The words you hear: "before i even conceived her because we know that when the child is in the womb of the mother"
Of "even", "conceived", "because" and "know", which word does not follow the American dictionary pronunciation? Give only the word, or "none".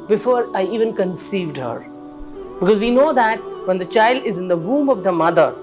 none